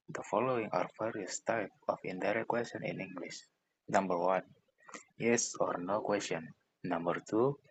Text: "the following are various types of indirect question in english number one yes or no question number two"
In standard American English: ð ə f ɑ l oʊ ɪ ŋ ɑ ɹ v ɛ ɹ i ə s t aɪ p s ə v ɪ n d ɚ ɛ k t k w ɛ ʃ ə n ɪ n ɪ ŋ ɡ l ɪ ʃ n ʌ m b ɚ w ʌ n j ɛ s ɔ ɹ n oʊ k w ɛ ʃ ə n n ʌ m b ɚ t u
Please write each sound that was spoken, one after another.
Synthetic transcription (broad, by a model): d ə f ɑ l oʊ ɪ ŋ ɑ ɹ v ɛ ɹ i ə s t aɪ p ə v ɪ n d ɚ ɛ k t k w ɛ s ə n ɪ n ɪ ŋ ɡ l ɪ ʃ n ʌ m b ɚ w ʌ n j ɛ s ɔ ɹ n oʊ k w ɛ s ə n n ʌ m b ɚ t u